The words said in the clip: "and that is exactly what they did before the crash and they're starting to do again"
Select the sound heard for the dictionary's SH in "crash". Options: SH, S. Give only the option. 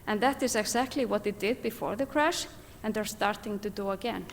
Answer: SH